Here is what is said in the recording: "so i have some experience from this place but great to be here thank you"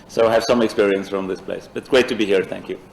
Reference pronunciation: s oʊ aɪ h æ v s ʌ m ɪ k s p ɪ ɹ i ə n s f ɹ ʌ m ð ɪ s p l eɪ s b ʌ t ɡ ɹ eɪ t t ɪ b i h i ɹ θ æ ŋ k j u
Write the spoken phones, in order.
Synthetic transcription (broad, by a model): s oʊ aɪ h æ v s ʌ m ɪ k s p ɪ ɹ i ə n s f ɹ ʌ m ð ɪ s p l eɪ s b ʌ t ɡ ɹ eɪ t t ɪ b i h i ɹ θ æ ŋ k j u